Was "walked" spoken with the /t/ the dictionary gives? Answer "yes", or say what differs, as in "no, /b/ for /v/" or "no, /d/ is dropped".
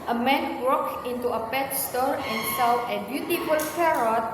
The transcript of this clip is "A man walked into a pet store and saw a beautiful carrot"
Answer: no, /t/ is dropped